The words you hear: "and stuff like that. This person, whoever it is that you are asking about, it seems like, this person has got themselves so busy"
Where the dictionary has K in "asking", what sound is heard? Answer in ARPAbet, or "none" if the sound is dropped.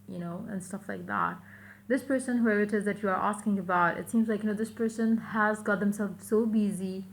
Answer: K